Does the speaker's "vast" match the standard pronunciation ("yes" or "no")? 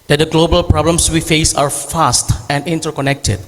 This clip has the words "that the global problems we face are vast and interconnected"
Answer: no